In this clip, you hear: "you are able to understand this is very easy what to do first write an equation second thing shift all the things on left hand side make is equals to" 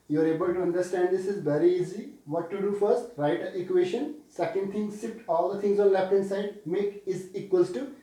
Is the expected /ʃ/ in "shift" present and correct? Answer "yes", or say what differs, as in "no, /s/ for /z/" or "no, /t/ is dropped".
no, /s/ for /ʃ/